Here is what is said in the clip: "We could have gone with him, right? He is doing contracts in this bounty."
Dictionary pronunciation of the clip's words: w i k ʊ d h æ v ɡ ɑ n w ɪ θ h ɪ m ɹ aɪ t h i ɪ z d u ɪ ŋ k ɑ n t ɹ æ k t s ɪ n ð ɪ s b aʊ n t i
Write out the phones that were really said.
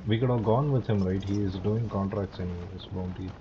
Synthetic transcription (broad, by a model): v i k ʊ d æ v ɡ ɑ n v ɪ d h ɪ m ɹ aɪ t h i ɪ z d u ɪ ŋ k ɑ n t ɹ æ k t s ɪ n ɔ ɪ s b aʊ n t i